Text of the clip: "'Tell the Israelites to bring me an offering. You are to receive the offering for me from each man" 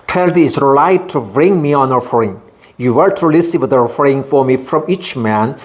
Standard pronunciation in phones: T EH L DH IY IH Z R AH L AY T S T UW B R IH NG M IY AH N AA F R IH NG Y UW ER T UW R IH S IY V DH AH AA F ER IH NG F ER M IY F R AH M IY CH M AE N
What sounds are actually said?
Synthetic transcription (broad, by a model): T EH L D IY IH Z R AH L AY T T UW B R IH NG M IY AH N AA F R IH NG Y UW ER T UW L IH S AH W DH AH AA F ER IH NG F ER M IY F R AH M IY CH M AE N